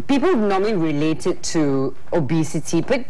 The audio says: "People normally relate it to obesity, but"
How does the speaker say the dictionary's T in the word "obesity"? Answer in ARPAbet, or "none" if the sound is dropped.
T